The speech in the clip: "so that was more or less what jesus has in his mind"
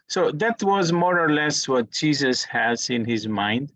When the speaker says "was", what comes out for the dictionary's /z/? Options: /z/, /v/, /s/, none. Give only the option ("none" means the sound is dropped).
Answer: /z/